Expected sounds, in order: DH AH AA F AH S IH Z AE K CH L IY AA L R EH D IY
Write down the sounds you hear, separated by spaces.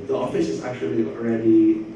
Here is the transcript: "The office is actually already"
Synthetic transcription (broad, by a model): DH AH AA F AH S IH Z AE K CH L IY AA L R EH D IY